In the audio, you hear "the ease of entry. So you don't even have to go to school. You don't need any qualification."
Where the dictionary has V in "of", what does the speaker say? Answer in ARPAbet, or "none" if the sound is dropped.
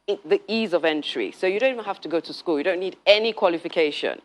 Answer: V